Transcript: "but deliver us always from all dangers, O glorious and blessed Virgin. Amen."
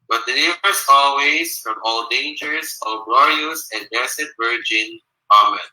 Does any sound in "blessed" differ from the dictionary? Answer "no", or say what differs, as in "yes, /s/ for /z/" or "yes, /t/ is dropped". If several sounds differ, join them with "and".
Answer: yes, /l/ is dropped